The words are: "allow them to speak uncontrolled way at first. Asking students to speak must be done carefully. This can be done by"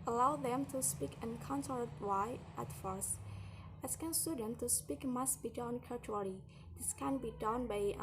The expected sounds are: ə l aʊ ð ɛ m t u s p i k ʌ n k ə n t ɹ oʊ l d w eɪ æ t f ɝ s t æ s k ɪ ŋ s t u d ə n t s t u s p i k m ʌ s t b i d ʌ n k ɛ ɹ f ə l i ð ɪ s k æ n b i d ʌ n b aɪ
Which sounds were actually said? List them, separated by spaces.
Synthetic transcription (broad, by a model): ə l aʊ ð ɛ m t u s p i k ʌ n k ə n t oʊ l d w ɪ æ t f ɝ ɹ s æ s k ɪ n s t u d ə n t t u s p i k m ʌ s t b i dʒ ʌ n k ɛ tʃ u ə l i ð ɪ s k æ n b i d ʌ n b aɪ